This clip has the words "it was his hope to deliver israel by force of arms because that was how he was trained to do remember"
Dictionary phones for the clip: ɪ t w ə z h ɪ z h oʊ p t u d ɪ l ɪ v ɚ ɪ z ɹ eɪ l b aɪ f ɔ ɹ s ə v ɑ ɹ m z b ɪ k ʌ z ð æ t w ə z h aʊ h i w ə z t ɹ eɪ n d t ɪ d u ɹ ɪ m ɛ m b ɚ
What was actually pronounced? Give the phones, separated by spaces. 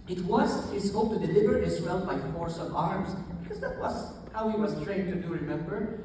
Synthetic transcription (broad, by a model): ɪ t w ə z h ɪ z h oʊ p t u d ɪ l ɪ v ɚ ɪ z w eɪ l b aɪ f ɔ ɹ s ə v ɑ ɹ m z b ɪ k ʌ z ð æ t w ə z h aʊ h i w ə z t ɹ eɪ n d t ɪ d u ɹ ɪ m ɛ m b ɚ